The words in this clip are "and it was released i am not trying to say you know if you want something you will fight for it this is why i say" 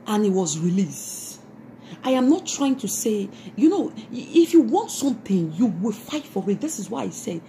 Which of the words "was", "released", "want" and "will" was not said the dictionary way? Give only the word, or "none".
none